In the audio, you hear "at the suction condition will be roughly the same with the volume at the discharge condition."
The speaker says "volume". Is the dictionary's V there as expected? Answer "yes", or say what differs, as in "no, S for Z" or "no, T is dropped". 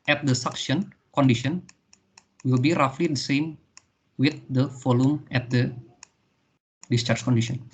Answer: no, F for V